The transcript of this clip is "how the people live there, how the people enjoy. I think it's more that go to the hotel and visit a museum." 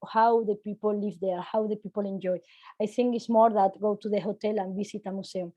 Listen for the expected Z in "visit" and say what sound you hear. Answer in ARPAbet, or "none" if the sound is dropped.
S